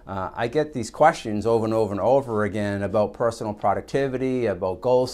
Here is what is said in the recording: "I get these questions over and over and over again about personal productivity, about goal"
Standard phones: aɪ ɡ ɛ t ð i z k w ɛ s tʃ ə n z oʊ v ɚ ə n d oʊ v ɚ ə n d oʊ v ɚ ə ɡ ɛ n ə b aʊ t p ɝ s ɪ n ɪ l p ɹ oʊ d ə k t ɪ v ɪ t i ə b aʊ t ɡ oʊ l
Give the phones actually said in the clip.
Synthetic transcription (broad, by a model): aɪ ɡ ɛ t ð i z k w ɛ s tʃ ə n z oʊ v ɚ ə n oʊ v ɚ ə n oʊ v ɚ ə ɡ ɛ n ə b aʊ t p ɝ s n l p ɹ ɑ d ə k t ɪ v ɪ t i ə b aʊ t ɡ oʊ l